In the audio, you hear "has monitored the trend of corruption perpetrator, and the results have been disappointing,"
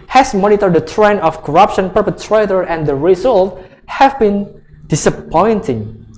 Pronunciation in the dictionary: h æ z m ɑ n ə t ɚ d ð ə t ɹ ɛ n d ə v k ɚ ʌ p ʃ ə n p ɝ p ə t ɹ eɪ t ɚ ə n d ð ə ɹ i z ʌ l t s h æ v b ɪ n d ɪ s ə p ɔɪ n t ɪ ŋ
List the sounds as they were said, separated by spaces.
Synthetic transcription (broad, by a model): h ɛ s m ɑ n ə t ɚ d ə t ɹ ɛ n ə f k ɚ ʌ p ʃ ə n p ɝ p ə t ɹ eɪ t ɚ ə n d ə ɹ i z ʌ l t h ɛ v b ɪ n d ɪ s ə p ɔɪ n t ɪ ŋ